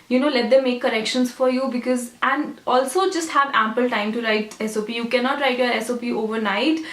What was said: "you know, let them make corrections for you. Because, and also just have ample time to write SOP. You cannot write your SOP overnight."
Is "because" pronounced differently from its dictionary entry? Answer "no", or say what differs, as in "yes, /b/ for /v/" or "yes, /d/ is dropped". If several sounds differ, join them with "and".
no